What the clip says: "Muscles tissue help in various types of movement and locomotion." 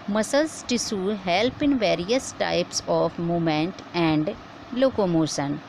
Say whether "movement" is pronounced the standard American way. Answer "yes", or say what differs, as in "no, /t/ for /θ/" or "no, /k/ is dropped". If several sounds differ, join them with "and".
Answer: no, /v/ is dropped